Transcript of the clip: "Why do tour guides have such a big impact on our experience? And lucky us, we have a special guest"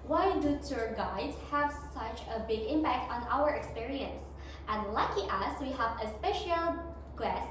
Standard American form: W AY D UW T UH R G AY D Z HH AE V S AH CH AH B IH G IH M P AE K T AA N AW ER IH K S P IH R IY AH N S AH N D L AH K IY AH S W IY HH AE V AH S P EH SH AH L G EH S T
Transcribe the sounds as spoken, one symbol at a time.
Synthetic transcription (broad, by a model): W AY D UW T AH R G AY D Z HH AE V S AH CH AH B IH G IH M P AE K T AA N AW ER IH K S P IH R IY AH N S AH N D L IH K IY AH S W IY HH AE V AH S P EH SH AH L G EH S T